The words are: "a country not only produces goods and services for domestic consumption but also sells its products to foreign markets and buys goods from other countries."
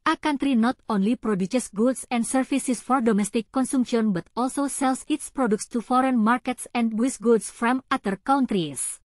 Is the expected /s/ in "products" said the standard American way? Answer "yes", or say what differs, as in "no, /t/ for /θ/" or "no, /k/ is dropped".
yes